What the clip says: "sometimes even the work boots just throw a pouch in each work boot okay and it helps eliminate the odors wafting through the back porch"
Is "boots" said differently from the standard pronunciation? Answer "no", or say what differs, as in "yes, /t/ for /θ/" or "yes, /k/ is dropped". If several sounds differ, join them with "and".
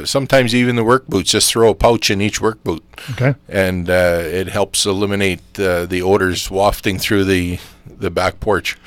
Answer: yes, /s/ is dropped